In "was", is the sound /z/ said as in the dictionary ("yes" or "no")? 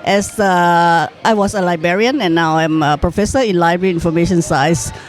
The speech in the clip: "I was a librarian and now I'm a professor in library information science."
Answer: no